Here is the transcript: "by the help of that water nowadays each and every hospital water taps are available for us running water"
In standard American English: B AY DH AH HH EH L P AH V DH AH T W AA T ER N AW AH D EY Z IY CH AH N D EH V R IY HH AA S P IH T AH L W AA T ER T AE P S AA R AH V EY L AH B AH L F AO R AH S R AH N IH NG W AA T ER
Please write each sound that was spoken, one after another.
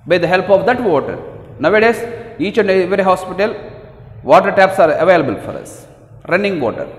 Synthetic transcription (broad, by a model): B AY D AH HH EH L P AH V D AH T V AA T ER N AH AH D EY S IY CH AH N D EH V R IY HH AA S P IH T AH L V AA T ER T AE P S AA R AH V EY L AH B AH L F AO R AH S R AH N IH NG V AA T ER